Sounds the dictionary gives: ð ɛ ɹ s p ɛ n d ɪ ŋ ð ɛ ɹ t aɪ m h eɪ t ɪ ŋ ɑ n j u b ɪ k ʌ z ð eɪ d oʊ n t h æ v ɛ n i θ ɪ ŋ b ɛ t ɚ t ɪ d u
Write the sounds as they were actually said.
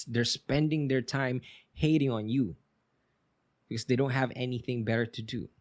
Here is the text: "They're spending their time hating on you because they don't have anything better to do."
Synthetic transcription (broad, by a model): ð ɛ ɹ s p ɛ n d ɪ ŋ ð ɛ ɹ t aɪ m h eɪ t ɪ ŋ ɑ n j u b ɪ k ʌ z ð eɪ d oʊ n t h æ v ɛ n i θ ɪ ŋ b ɛ t ɚ t ɪ d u